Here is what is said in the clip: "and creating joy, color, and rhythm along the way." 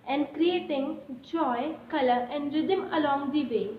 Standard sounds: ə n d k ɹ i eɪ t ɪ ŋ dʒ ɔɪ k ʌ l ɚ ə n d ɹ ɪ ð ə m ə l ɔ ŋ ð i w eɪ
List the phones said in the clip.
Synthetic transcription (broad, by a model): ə n d k ɹ i eɪ t ɪ ŋ dʒ ɔɪ k ʌ l ɚ ə n d ɹ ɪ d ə m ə l ɔ ŋ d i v eɪ